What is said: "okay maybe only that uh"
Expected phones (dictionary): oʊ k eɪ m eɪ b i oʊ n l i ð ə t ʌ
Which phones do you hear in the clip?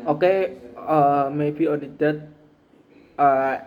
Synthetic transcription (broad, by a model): oʊ k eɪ m eɪ b i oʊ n i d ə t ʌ